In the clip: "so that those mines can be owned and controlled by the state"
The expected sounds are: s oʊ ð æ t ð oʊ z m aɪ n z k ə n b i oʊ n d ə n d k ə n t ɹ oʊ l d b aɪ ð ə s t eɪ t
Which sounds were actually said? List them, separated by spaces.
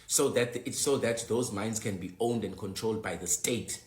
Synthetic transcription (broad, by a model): s oʊ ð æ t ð oʊ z m aɪ n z k ə n b i oʊ n d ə n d k ə n t ɹ oʊ l d b aɪ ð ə s t eɪ t